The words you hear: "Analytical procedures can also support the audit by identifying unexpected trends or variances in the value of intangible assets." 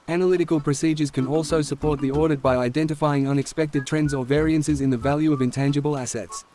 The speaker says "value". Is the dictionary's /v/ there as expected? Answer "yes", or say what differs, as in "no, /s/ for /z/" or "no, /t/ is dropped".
yes